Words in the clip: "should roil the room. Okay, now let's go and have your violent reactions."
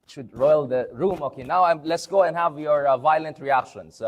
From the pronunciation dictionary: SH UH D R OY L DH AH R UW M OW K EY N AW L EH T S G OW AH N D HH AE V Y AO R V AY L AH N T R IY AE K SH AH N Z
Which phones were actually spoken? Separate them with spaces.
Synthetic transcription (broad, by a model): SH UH D R OY L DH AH R UW M OW K EY N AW L EH T S G OW AH N D HH AE V Y AO R V AY L AH N T R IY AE K SH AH N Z